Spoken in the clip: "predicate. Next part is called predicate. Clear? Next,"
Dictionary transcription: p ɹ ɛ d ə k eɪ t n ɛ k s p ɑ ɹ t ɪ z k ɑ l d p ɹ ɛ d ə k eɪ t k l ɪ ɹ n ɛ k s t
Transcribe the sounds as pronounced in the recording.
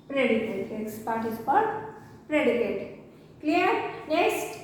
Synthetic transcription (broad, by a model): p ɹ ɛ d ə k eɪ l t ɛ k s p ɑ ɹ t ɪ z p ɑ d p ɹ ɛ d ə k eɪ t k l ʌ ɹ n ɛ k s t